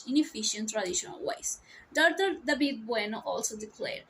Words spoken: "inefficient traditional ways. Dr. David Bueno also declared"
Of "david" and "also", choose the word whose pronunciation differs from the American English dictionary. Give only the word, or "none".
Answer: david